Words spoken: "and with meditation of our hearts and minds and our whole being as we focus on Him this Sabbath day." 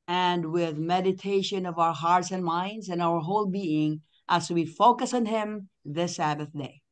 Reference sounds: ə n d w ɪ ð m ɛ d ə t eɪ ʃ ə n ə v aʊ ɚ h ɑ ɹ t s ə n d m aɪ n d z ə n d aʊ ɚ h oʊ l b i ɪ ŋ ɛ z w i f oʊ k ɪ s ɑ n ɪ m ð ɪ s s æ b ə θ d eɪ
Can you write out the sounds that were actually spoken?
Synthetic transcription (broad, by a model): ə n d w ɪ ð m ɛ d ə t eɪ ʃ ə n ə v aʊ ɚ h ɑ ɹ t s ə n m aɪ n d z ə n aʊ ɚ h oʊ l b i ɪ ŋ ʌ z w i f oʊ k ɪ s n ɪ m ð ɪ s s æ b ə θ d eɪ